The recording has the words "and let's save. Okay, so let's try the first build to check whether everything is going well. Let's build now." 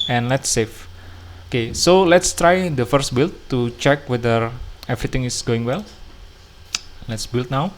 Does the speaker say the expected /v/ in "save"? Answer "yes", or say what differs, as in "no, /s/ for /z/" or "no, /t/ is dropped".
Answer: no, /f/ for /v/